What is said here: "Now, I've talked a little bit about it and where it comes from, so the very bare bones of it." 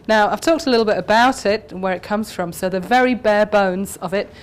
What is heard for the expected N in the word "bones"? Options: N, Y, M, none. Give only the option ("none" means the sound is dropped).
N